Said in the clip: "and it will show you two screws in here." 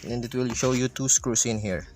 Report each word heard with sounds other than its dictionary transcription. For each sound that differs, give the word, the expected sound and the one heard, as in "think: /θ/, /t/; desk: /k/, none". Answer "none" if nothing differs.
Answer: screws: /z/, /s/